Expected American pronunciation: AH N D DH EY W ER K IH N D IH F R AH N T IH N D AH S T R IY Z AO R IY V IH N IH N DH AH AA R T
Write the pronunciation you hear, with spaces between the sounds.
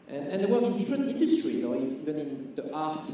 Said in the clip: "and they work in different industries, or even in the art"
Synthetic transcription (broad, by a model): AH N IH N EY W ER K IH N D IH F R AH N T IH N D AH S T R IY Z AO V IY V IH N IH N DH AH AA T